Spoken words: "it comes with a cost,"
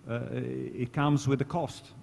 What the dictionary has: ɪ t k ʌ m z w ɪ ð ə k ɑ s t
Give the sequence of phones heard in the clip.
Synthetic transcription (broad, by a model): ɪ t k ʌ m z w ɪ ð ə k ɑ s t